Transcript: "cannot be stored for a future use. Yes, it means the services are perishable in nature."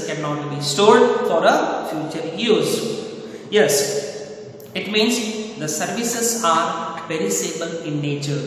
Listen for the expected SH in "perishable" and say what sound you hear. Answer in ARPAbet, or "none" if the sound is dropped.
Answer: S